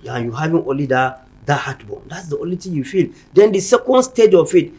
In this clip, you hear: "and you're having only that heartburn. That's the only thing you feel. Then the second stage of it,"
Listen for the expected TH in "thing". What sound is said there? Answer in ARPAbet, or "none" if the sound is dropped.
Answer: T